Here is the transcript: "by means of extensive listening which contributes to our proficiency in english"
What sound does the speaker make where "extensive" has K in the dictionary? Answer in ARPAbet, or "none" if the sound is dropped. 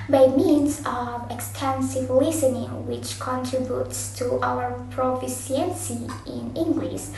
K